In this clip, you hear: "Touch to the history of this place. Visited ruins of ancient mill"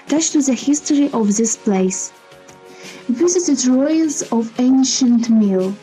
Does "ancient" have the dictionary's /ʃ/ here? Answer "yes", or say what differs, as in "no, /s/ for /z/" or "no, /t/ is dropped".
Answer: yes